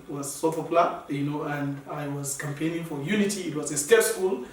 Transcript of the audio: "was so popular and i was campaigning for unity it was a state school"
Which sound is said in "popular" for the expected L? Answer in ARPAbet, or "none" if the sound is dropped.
N